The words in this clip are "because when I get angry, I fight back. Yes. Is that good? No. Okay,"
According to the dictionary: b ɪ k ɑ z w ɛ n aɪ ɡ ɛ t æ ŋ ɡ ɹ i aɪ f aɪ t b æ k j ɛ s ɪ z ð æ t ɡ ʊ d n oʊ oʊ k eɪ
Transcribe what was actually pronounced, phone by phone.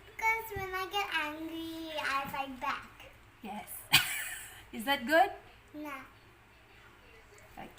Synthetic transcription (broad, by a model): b k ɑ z w ɛ n aɪ ɡ ɛ t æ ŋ ɡ ɹ i aɪ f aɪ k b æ k j ɛ s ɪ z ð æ t ɡ ʊ d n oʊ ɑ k